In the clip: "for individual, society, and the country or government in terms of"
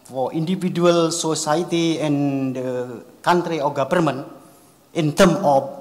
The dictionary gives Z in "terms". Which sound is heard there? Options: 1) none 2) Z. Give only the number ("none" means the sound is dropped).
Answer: 1